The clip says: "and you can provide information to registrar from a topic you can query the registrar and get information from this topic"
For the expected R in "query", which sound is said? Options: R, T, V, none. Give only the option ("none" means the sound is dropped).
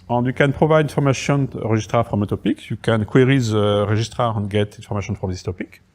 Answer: R